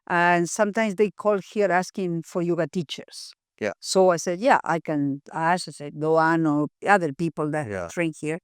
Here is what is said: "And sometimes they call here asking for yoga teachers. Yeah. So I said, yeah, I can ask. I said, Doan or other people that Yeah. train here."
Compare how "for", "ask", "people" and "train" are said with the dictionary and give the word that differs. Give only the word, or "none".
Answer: ask